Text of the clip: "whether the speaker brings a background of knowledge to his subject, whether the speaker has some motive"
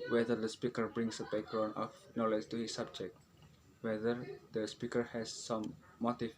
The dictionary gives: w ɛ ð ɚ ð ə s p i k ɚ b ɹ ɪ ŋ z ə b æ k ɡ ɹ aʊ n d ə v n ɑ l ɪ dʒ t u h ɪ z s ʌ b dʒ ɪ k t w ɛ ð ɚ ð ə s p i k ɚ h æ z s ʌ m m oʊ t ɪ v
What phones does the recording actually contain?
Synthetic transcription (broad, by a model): w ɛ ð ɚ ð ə s p i k ɚ b ɹ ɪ ŋ s ə b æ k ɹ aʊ n ə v n ɑ l ɪ dʒ t u h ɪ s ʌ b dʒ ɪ k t w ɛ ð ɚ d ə s p i k ɚ h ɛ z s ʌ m m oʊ t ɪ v